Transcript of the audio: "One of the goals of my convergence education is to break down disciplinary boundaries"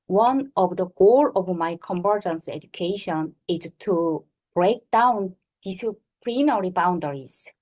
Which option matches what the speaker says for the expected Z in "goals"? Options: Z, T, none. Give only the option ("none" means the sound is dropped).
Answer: none